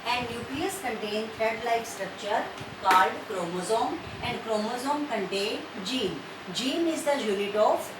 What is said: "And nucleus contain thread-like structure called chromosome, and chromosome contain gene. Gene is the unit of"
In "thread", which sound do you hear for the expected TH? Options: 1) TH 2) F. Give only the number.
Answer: 2